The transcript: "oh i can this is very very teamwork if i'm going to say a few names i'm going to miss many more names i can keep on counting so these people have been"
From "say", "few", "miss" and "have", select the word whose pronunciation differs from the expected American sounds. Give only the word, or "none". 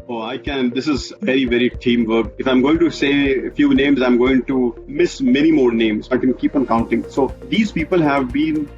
none